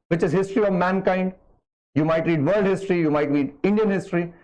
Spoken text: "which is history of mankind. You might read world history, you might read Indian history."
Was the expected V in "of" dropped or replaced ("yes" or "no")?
no